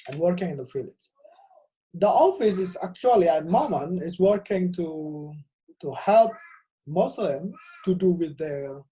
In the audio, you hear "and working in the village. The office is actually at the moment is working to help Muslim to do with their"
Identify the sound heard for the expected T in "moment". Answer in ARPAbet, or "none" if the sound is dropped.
none